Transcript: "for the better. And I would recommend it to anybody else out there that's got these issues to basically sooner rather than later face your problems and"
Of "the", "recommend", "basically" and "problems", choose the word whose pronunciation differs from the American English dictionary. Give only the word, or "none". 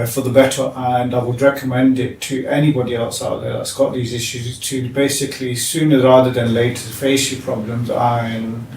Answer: none